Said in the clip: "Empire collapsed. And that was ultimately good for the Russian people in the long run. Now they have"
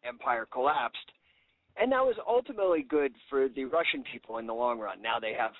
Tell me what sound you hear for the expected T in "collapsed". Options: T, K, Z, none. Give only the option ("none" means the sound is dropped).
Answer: T